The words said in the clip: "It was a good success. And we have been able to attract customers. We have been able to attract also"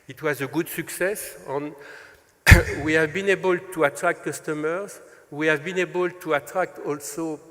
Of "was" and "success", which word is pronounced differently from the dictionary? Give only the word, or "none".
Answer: none